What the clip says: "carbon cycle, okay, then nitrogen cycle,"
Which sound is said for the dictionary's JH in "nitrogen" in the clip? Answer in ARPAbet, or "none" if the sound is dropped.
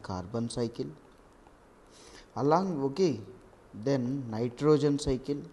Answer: JH